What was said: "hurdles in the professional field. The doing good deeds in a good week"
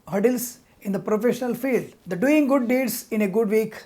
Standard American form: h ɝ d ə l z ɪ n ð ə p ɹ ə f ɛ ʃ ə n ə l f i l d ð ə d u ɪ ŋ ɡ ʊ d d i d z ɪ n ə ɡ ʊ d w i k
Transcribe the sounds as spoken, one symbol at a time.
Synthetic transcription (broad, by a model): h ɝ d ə l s ɪ n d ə p ɹ ə f ɛ ʃ ə n ə l f i l d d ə d u ɪ ŋ ɡ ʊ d d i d s ɪ n ə ɡ ʊ d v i k